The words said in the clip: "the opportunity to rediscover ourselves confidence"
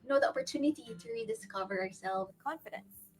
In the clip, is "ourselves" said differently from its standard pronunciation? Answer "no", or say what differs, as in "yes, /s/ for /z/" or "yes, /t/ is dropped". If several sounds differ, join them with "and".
yes, /z/ is dropped